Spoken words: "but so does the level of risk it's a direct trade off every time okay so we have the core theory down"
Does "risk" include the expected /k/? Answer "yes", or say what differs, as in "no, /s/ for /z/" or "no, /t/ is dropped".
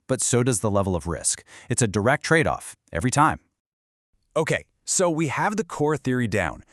yes